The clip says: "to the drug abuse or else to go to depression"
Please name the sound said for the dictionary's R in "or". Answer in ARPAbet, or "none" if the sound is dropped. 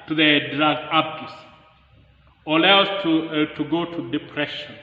L